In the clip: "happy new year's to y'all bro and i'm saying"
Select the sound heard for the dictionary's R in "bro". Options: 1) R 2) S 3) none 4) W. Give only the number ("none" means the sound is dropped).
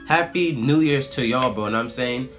3